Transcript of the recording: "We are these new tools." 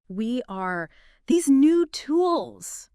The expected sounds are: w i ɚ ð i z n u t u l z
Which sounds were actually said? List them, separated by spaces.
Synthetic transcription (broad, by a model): w i ɚ ð i z n u t u l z